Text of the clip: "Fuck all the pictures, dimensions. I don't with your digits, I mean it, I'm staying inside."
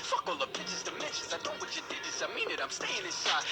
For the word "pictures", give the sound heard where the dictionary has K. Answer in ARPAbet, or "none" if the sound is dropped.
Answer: none